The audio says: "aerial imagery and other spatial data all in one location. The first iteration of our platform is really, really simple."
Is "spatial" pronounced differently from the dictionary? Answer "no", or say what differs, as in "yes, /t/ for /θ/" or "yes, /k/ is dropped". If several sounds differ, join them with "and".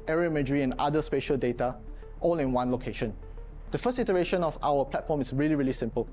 no